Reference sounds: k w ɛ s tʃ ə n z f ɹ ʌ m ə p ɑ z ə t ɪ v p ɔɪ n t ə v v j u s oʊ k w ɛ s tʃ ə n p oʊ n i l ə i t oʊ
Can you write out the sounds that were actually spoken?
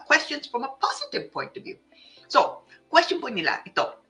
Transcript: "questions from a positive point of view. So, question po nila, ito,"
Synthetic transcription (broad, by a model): k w ɛ s tʃ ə n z f ɹ ʌ m ə p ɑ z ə t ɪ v p ɔɪ n t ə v v j u s oʊ k w ɛ s tʃ ə n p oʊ n i l ə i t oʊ